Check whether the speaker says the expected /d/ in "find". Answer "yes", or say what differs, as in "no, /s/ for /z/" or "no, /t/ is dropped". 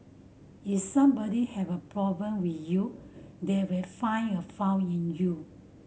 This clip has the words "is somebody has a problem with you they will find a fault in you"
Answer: no, /d/ is dropped